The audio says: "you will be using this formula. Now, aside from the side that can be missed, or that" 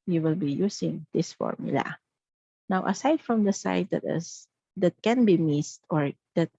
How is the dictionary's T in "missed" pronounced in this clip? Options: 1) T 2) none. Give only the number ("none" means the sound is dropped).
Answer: 1